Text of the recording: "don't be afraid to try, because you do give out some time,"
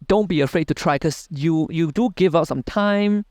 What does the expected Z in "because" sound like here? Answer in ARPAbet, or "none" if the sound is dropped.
none